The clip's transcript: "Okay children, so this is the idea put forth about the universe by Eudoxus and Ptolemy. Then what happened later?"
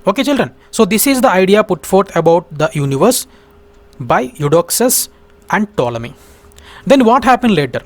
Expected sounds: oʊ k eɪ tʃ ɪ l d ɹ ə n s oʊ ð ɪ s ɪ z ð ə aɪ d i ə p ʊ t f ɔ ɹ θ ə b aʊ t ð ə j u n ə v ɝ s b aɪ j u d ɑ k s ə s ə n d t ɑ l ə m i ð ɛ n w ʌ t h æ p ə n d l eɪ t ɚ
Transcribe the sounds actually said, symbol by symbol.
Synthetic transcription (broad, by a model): oʊ k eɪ tʃ ɪ l d ɹ ə n s oʊ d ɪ s ɪ z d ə aɪ d i ə p ʊ t f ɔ ɹ t ə b aʊ t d ə j u n ə v ɝ s b aɪ j u d ɑ k s ə s ə n d t ɑ l ə m i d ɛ n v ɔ t h æ p ə n d l eɪ t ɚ